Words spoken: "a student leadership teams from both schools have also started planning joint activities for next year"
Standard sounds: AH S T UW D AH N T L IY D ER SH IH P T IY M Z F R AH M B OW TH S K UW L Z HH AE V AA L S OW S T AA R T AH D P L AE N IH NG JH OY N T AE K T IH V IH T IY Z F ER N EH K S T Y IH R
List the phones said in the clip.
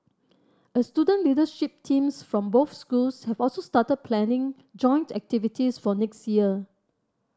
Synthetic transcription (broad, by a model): AH S T UW D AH N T L IY D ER SH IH P T IY M S F R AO M B OW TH S K UW L S HH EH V AA L S OW S T AA T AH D P L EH N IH NG JH OY N T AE K T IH V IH T IY S F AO N EH K S T Y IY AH